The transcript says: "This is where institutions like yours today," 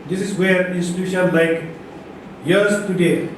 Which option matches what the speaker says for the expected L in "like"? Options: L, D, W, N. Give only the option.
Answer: L